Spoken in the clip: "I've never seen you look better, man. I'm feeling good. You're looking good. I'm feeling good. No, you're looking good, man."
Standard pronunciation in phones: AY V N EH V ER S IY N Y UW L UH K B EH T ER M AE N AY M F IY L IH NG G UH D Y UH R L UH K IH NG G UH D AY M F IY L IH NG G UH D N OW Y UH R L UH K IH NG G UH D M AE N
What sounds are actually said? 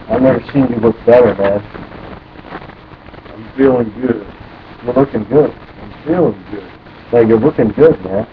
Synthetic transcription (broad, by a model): AY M N EH V ER S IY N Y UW L UH K B EH T ER M AE N AY M F IY L IH NG G UH D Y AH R L UH K IH NG G UH D AY M F IY L IH NG G UH D L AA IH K L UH K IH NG G UH D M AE N